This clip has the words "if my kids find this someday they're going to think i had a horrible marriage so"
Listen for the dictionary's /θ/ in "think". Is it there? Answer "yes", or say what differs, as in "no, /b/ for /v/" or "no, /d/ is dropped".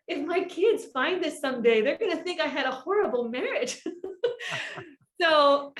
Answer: yes